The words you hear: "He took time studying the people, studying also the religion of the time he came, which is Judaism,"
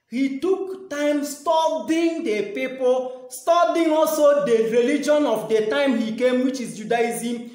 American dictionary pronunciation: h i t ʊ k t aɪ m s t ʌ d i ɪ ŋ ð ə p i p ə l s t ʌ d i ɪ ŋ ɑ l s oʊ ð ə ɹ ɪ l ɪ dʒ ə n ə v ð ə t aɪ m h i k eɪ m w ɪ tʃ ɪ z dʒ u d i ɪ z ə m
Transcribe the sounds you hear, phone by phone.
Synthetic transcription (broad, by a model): h i t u k t aɪ m s t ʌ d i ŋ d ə p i p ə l s t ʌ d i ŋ ɑ l s oʊ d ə ɹ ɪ l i dʒ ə n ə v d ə t aɪ m h i k eɪ m w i tʃ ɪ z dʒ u d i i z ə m